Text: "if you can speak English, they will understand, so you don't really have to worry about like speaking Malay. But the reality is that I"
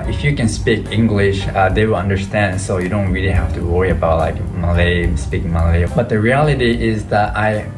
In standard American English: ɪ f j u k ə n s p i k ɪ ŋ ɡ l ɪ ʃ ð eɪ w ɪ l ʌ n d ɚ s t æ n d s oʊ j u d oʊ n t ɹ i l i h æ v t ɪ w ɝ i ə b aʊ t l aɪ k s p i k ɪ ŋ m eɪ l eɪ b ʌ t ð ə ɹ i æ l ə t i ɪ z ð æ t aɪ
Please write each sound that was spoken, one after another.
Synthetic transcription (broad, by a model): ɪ f j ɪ k ə n s p i k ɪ ŋ ɡ l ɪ ʃ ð eɪ w ɪ l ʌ n d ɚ s t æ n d s oʊ j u d oʊ n t ɹ i l i h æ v t ɪ w ɝ i ə b aʊ t l aɪ k s p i k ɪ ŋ m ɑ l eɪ b ʌ t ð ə ɹ i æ l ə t i ɪ z ð æ t aɪ